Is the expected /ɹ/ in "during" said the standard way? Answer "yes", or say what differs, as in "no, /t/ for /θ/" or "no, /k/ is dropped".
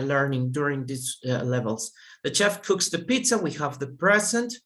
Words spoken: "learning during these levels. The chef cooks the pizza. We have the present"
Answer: yes